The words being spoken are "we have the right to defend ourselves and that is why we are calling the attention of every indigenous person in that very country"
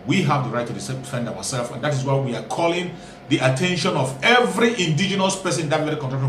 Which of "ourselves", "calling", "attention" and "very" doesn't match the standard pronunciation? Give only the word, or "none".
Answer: ourselves